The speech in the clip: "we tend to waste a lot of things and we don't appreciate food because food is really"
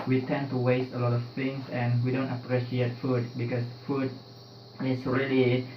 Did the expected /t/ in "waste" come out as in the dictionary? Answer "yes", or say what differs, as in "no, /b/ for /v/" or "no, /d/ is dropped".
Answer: yes